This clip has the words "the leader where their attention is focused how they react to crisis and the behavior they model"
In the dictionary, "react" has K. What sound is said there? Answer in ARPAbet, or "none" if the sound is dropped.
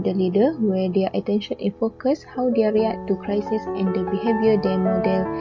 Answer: none